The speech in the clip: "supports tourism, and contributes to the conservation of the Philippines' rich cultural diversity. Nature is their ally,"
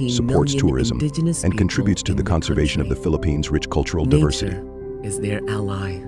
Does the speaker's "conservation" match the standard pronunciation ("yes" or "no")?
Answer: yes